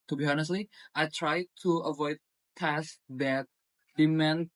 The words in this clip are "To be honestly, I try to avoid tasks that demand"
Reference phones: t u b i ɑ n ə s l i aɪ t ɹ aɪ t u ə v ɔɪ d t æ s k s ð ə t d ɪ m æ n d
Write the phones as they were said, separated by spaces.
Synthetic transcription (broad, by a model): t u b i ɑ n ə s l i aɪ t ɹ aɪ t u ə v ɔɪ d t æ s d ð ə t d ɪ m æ n